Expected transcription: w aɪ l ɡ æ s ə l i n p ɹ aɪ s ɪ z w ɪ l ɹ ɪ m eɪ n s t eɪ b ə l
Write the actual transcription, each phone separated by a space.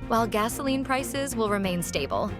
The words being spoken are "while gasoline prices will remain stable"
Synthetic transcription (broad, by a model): w aɪ l ɡ æ s ə l i n p ɹ aɪ s ɪ z w ɪ l ɹ ɪ m eɪ n s t eɪ b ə l